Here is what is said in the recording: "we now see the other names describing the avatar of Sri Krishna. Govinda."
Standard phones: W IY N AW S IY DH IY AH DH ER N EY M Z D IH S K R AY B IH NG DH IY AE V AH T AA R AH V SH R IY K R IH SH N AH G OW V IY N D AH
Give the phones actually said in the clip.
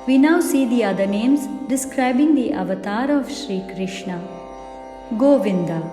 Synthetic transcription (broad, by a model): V IY N AW S IY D IY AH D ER N EY M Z D IH S K R AY B IH NG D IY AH V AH T AA R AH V SH R IY K R IH SH N AH G OW V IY N D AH